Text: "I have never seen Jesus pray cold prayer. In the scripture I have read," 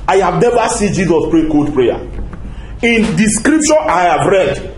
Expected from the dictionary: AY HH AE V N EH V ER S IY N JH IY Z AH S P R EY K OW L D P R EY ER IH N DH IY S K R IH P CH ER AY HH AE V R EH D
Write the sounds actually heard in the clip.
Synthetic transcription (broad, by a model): AY HH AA V N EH V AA S IY N JH IY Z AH S P R EY K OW D P R EY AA IH N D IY S K R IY P SH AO AY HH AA V R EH D